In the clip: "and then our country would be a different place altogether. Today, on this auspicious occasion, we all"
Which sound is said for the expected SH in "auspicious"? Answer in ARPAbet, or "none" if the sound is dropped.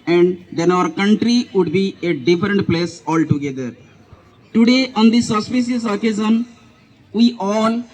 S